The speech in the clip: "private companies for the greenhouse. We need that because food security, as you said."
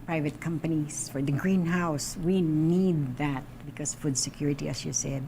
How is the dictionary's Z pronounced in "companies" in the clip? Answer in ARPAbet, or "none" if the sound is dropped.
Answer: S